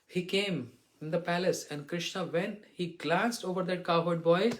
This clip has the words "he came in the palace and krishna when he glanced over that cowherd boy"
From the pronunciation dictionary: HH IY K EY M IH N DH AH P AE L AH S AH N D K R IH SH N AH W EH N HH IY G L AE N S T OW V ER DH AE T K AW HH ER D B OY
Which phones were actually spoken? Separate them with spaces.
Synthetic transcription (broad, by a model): HH IY K EY M IH N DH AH P AE L AH S AH N D K R IH SH N AH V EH N HH IY G L AE N S T OW V ER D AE T K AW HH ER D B OY